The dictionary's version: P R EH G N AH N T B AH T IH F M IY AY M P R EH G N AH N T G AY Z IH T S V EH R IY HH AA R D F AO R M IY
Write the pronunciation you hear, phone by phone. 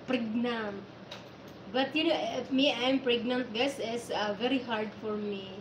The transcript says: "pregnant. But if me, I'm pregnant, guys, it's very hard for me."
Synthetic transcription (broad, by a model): P R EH G N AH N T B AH T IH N M IY AY M P R EH G N AH N T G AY S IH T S V EH R IY HH AA R D F AO R M IY